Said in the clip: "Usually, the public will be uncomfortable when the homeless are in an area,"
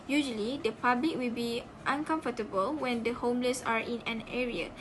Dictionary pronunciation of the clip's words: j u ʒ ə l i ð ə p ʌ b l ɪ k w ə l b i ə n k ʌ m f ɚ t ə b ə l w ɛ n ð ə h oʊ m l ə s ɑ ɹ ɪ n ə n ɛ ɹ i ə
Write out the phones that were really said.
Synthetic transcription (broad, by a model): j u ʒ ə l i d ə p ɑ b l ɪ k w ə l b i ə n k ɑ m f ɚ t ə b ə l w ɛ n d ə h oʊ m l ə s ɑ ɹ ɪ n ə n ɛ ɹ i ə